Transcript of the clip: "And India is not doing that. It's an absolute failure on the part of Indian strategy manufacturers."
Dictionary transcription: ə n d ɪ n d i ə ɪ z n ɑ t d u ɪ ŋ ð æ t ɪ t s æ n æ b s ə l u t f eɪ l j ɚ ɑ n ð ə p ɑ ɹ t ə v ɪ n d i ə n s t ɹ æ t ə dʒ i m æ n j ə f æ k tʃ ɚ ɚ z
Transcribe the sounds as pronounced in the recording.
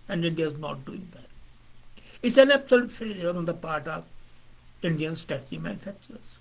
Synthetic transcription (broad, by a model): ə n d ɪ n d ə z n ɑ t d u ɪ ŋ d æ t ɪ t s æ n æ b s ə l u t f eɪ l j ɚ ɑ n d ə p ɑ ɹ t ə v ɪ n d i ə n s t æ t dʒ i m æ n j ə f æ k tʃ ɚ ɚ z